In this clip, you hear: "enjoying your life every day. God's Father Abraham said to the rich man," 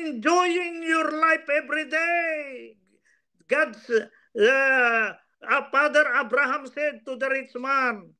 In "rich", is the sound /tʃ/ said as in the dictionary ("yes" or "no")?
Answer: no